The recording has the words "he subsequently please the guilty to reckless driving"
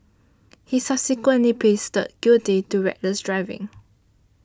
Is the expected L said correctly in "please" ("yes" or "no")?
no